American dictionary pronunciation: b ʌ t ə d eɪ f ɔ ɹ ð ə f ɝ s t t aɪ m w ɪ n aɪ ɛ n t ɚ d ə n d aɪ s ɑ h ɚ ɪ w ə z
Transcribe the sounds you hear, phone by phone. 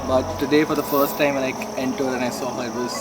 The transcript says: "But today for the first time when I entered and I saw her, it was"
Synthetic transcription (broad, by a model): b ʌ t ə d eɪ f ɔ ɹ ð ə f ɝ s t t aɪ m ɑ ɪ l aɪ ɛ n t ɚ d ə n aɪ s ɑ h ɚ ɪ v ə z